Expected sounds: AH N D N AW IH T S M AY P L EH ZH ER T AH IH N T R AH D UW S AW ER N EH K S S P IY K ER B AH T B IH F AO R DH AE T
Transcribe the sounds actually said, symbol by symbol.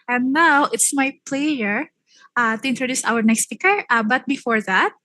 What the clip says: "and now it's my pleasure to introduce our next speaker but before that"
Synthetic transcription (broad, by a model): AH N N AW IH T S M AY P L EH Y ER T AH IH N T R AH D UW S AW ER N EH K S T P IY K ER B AH T B IH F AO R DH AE T